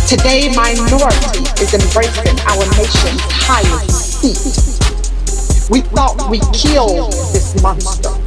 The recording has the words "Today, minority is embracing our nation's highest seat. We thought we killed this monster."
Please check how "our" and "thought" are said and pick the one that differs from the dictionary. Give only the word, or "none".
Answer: none